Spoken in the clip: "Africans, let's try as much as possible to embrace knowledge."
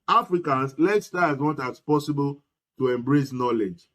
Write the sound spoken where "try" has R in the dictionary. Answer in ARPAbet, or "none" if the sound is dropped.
none